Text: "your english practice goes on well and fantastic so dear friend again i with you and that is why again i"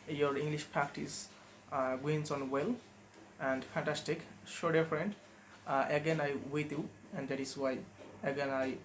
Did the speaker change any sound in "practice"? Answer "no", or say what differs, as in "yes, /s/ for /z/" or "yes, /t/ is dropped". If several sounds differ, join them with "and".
yes, /ɹ/ is dropped